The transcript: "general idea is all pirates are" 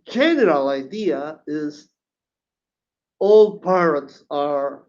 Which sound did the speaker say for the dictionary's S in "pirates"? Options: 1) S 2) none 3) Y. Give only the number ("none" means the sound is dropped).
1